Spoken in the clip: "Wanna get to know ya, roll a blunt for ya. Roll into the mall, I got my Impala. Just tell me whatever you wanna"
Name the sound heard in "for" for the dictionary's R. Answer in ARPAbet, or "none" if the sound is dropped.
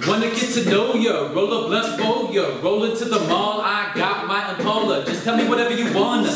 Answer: L